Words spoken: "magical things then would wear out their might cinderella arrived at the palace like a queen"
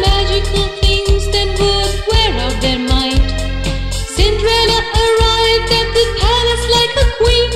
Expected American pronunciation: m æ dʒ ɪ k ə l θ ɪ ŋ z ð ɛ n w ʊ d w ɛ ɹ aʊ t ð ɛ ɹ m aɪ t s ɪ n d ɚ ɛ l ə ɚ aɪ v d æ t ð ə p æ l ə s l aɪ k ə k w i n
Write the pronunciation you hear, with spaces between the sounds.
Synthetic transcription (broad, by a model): m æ dʒ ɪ k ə l θ ɪ ŋ z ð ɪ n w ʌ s w ɛ ɹ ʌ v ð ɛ ɹ m aɪ t s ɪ n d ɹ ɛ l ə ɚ aɪ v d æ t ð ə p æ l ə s l aɪ k ə k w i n